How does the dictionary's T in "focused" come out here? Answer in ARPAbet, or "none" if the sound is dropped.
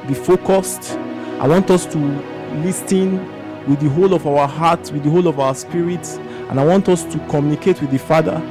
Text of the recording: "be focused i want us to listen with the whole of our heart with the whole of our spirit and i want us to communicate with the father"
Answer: T